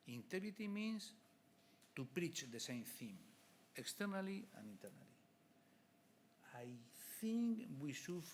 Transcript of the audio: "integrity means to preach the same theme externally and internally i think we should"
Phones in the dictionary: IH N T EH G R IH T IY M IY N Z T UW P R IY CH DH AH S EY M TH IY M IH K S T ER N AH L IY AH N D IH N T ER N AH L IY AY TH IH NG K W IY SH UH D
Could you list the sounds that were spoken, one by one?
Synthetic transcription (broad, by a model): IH N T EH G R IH T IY M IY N S T UW P R IY CH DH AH S EY M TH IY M IH K S T ER N AH L IY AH N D IH N T ER N AH L IY AY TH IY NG K W IY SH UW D